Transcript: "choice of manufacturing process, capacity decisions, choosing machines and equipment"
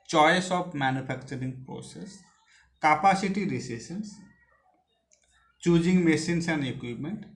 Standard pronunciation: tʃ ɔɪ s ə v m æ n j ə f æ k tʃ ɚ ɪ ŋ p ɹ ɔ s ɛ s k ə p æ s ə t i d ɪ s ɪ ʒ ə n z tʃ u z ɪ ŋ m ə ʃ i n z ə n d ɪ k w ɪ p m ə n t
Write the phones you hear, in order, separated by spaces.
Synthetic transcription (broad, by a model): tʃ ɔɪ s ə p m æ n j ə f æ k tʃ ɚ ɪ ŋ p ɹ ɔ s ɛ s k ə p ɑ s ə t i d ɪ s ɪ s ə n s tʃ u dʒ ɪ ŋ m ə s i n s ə n d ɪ k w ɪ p m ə n t